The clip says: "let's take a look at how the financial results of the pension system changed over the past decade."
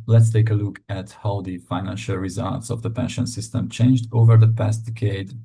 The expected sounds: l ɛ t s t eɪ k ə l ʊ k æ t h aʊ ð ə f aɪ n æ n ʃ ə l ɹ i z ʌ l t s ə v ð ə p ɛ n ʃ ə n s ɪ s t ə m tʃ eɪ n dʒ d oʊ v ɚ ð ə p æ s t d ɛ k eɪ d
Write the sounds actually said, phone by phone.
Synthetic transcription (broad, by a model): l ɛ t s t eɪ k ə l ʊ k æ t h aʊ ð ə f aɪ n æ n ʃ ə l ɹ i z ʌ l t s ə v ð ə p ɛ n ʃ ə n s ɪ s t ə m tʃ eɪ n dʒ d oʊ v ɚ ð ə p æ s t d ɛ k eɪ d